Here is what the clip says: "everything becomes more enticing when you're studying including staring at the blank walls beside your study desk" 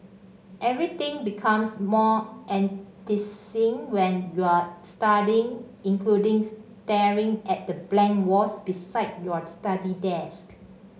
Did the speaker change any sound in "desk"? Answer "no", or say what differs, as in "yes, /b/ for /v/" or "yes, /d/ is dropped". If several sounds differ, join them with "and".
no